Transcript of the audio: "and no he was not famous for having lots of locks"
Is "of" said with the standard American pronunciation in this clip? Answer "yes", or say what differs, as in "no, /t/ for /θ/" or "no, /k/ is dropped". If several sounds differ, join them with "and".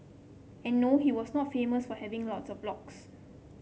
no, /b/ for /v/